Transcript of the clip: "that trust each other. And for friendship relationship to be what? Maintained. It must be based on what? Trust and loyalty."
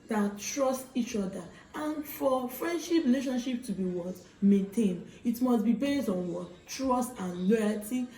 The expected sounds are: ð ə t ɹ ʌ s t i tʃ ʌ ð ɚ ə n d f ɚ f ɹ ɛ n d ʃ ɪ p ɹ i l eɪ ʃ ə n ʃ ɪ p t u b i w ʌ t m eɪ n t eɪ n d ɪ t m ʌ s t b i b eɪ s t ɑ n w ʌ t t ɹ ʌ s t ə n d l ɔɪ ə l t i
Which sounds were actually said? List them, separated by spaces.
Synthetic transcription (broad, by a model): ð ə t ɹ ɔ s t i tʃ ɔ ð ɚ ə n f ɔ f ɹ ɛ n d ʃ ɪ p ɹ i l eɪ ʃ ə n ʃ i p t u b i w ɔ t m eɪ n t eɪ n ɪ t m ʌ s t b i b eɪ s t ɑ n w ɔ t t ɹ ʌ s t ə n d l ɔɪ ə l t i